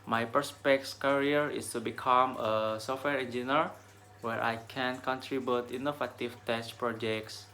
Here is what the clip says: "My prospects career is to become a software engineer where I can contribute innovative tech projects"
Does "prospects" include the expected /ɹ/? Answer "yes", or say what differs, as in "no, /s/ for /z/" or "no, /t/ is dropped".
no, /ɹ/ is dropped